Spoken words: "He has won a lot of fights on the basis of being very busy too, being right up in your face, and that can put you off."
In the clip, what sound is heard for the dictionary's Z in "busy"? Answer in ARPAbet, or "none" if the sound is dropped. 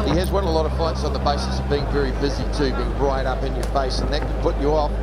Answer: Z